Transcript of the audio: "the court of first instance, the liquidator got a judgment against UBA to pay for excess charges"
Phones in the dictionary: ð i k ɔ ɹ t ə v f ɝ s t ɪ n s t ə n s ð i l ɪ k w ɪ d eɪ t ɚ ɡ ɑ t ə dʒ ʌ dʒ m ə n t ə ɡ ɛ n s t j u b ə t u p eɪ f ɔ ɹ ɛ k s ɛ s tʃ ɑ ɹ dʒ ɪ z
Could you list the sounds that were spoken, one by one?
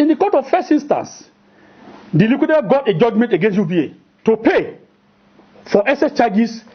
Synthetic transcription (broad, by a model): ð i k ɔ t ə v f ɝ s t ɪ n s t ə n s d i l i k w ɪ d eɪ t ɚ ɡ ɑ t ə dʒ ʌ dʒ m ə n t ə ɡ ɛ n s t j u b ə t u p eɪ f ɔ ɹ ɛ s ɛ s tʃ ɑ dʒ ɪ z